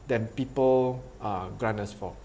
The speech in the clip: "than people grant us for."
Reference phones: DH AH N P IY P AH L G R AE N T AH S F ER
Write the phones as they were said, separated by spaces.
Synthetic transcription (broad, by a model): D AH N P IY P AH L G R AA N AH S F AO